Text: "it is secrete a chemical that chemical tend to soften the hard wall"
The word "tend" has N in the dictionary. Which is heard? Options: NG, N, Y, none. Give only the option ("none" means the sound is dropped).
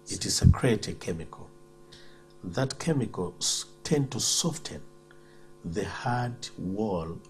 N